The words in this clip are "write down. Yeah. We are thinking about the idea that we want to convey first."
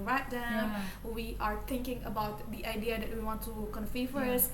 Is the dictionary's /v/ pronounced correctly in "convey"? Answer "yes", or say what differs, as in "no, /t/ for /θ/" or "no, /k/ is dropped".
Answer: no, /f/ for /v/